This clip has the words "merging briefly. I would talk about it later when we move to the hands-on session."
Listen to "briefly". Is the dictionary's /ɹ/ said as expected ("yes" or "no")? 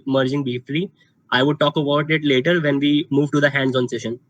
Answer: no